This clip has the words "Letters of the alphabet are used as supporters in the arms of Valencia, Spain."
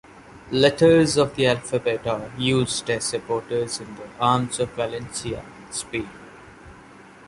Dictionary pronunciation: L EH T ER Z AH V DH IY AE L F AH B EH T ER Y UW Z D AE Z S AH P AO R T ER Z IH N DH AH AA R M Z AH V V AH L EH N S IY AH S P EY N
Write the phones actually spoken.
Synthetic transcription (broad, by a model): L EH T ER Z AH V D IY AE L F AH B EH T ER Y UW Z D AE Z S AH P AO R T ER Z IH N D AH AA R M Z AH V V AH L EH N S IY AH S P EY